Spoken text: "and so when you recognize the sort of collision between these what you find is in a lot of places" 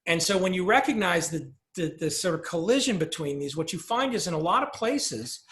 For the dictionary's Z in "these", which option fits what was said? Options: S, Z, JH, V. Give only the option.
Z